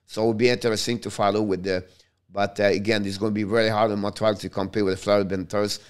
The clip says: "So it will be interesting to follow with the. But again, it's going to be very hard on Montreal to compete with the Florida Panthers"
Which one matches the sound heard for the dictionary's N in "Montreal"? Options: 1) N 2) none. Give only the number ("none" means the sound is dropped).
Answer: 2